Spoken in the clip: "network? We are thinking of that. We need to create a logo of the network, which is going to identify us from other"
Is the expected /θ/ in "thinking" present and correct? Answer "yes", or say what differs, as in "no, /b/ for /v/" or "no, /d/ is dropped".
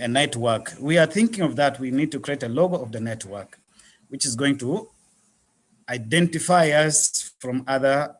yes